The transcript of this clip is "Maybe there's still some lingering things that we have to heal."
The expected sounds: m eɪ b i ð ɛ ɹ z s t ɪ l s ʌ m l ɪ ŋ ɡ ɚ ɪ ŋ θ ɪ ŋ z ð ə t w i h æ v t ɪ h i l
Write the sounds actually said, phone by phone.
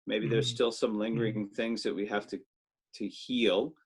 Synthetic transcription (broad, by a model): m eɪ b i ð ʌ ɹ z s t ɪ l s ʌ m l ɪ ŋ ɡ ɚ ɪ ŋ θ ɪ ŋ z ð ə t w i h æ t t ɪ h i l